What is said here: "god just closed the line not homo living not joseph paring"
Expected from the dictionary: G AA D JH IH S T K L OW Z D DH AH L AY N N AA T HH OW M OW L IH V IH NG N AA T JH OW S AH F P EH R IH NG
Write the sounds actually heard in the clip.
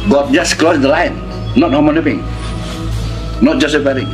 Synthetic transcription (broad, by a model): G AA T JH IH S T K L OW S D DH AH L AY N N AA T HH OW M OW N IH P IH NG N AA T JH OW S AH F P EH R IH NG